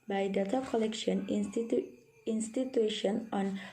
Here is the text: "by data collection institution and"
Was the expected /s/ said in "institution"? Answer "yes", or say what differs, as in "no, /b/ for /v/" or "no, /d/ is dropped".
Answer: yes